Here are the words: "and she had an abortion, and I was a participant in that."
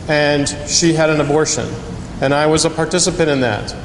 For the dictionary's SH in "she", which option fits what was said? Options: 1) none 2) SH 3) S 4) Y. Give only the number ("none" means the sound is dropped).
2